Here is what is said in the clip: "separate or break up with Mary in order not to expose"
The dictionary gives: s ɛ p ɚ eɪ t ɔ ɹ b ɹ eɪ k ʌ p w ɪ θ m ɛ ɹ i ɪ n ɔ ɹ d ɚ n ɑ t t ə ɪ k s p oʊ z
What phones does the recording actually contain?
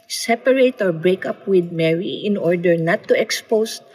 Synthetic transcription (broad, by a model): s ɛ p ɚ eɪ t ɔ ɹ b ɹ eɪ k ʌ p w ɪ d m ɛ ɹ i ɪ n ɔ ɹ d ɚ n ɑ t t ə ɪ k s p oʊ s